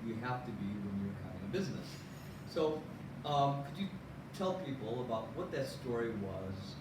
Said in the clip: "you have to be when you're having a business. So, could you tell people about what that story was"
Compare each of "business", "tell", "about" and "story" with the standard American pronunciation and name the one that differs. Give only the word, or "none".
none